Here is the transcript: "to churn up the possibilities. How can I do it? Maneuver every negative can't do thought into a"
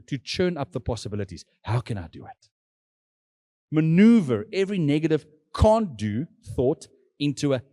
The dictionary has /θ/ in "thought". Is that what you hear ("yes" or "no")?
yes